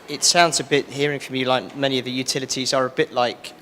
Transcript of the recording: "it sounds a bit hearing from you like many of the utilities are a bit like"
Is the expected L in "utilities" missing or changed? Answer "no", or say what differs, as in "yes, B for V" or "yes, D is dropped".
no